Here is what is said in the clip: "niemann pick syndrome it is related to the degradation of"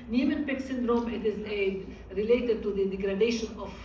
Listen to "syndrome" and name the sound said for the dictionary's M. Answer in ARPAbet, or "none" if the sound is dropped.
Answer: M